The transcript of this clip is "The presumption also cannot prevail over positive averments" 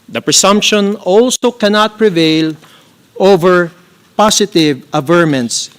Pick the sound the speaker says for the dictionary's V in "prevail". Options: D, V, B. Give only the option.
V